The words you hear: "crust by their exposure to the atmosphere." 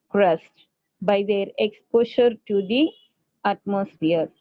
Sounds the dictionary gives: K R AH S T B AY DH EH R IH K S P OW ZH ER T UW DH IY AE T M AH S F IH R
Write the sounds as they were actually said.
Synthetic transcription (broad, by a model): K R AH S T B AY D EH R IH K S P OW SH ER T UW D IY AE T M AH S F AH R